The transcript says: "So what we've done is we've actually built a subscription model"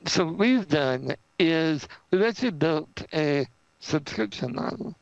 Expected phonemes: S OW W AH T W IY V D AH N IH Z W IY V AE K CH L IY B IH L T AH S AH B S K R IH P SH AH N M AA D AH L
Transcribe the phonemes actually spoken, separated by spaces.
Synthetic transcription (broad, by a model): S OW W AH T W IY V D AH N IH Z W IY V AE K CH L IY B IH L T AH S AH B S K R IH P SH AH N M AA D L